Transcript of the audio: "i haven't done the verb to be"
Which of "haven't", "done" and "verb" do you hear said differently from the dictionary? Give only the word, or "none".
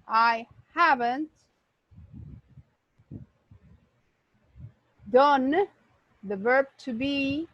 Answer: none